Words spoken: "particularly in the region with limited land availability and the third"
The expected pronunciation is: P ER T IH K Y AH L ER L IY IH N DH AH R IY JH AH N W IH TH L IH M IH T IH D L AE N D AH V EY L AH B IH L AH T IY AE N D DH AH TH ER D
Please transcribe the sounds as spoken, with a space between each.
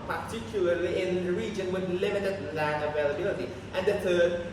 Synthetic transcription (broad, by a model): P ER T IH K Y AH L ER L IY IH N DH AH R IY JH AH N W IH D L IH M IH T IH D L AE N AH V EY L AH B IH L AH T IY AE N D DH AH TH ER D